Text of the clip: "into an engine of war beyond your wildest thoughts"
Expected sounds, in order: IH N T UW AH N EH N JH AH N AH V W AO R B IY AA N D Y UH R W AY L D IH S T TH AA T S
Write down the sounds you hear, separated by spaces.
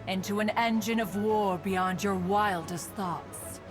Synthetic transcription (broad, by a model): IH N T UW AH N EH N JH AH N AH V W AO R B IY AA N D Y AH R W AY L D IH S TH AA T S